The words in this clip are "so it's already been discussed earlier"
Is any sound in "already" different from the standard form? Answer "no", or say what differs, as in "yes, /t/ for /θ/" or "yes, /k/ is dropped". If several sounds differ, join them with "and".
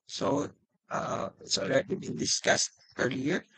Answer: yes, /l/ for /ɹ/